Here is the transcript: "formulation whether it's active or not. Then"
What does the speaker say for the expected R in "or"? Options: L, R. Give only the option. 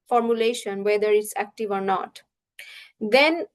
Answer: R